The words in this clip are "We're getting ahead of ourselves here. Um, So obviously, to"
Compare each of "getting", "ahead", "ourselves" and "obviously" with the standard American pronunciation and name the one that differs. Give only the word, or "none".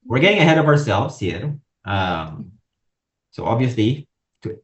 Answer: none